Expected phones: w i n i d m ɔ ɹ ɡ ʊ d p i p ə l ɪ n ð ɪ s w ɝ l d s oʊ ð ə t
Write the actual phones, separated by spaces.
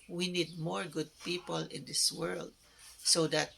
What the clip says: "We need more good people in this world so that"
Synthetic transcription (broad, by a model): w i n i d m ɔ ɹ ɡ ʊ d p i p ə l ɪ n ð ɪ s w ɝ l d s oʊ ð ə t